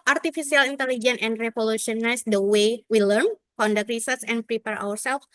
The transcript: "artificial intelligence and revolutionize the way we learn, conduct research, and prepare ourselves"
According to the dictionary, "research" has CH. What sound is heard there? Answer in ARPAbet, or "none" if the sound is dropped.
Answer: S